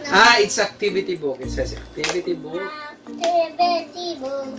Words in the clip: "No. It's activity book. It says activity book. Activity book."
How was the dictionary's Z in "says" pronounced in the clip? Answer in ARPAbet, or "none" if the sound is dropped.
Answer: S